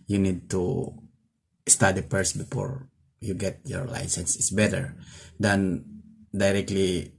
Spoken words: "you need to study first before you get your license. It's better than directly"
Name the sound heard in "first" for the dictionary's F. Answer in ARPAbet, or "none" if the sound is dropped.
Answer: P